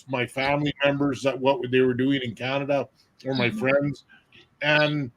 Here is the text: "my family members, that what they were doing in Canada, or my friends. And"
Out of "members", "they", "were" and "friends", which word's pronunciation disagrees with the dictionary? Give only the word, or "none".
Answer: none